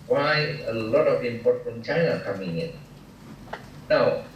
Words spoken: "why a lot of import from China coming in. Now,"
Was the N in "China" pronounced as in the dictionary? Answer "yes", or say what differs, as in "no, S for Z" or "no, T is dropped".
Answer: no, N is dropped